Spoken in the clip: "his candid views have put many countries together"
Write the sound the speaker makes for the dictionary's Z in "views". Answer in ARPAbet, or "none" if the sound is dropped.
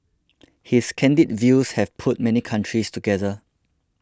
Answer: S